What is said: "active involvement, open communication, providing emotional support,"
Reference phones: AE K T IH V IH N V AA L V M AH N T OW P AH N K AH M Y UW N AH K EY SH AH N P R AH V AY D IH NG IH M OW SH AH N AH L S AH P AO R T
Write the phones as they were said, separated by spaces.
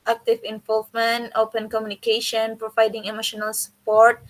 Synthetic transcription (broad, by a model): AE K T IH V IH N V AA L V M AH N T OW P AH N K AH M Y UW N AH K EY SH AH N P R AH V AY D IH NG IH M OW SH AH N AH L S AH P AO R T